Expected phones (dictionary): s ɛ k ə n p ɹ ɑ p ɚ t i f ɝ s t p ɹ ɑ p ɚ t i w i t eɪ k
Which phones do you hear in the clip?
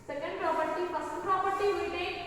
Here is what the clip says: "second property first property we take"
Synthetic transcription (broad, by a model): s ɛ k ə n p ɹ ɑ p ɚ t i p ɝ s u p ɹ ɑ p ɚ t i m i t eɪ